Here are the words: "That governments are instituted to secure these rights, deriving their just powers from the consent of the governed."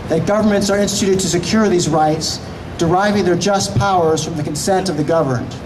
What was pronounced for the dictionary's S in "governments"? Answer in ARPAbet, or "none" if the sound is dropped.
S